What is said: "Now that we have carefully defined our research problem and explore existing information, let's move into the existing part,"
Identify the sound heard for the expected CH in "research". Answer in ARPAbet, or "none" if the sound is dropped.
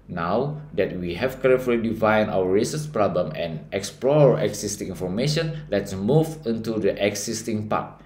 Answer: S